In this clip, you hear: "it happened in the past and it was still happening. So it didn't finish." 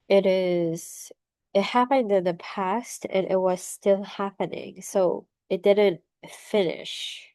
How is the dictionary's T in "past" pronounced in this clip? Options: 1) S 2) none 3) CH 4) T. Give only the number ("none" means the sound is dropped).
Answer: 4